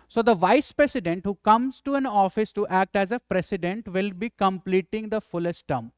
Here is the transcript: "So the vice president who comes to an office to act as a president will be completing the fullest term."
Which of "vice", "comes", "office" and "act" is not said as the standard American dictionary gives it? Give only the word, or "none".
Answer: none